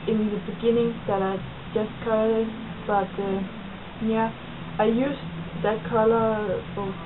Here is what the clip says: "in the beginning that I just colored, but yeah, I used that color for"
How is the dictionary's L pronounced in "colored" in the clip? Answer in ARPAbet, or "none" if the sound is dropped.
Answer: none